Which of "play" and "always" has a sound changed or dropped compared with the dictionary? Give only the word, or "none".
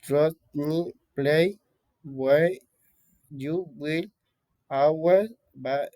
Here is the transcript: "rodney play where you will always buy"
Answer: always